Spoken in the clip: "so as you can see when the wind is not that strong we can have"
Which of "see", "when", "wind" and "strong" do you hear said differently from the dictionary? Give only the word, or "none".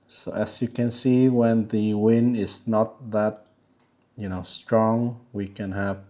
none